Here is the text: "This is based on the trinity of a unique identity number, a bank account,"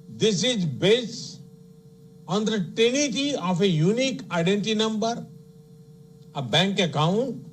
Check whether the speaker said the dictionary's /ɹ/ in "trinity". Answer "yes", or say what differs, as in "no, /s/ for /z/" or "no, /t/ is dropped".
no, /ɹ/ is dropped